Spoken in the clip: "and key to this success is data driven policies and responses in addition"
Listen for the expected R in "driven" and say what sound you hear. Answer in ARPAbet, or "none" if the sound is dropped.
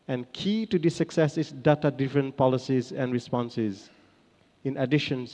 none